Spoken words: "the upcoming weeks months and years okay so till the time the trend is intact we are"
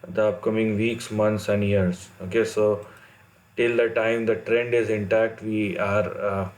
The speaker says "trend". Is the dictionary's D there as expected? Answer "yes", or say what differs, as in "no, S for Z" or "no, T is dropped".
yes